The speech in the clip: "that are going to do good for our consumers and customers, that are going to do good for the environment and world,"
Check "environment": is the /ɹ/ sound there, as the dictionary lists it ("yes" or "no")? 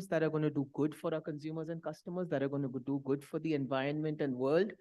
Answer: yes